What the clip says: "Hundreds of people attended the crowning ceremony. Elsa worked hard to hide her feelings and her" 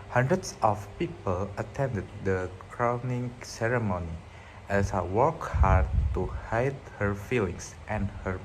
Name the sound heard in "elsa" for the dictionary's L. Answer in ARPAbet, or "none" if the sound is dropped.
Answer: none